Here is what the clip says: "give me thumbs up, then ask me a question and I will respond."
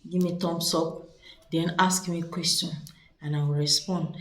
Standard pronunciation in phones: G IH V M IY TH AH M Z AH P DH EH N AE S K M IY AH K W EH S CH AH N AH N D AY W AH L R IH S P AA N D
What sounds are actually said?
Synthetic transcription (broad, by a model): G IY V M IY T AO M S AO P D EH N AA S K M IY K W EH S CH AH N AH N AY W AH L R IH S P AA N D